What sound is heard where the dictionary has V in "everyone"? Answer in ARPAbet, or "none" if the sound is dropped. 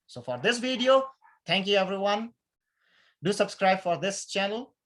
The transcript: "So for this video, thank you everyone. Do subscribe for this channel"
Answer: V